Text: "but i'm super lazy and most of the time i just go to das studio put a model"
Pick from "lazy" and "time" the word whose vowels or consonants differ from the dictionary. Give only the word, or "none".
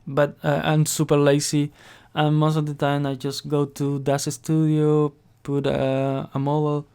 lazy